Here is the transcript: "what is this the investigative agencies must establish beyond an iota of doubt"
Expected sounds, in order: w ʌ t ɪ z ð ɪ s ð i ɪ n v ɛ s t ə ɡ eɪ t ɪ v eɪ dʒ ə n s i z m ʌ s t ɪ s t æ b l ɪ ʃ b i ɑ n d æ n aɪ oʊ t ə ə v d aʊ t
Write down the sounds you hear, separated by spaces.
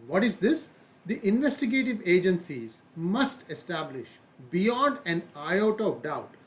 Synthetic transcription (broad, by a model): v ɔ t ɪ z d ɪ s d i ɪ n v ɛ s t ə ɡ eɪ t ɪ v eɪ dʒ ə n s i z m ʌ s t ɪ s t æ b l ɪ ʃ b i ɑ n d æ n aɪ oʊ t ə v d aʊ t